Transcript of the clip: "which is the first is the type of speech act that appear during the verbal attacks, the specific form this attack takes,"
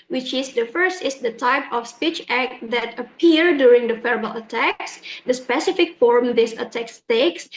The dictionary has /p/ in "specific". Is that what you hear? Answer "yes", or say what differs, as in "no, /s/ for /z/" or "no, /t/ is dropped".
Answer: yes